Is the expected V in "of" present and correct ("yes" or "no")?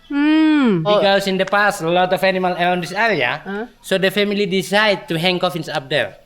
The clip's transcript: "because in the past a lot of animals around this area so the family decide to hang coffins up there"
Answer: no